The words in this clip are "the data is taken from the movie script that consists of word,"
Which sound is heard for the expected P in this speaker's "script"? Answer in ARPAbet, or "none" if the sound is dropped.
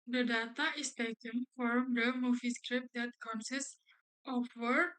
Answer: P